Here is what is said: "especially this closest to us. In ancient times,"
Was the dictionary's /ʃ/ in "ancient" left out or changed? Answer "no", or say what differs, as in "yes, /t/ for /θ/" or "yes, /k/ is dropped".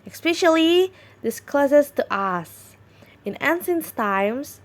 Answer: yes, /s/ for /ʃ/